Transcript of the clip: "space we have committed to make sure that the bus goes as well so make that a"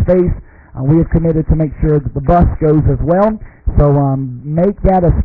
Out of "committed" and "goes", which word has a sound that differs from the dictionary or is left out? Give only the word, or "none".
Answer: none